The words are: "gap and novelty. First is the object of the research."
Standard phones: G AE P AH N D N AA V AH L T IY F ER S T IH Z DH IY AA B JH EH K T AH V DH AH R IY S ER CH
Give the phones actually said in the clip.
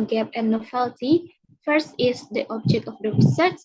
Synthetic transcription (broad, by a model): G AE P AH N N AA F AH L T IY F ER S T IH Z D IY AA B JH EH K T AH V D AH R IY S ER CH